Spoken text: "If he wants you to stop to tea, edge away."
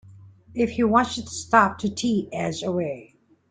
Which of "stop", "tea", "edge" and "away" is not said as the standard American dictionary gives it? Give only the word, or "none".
edge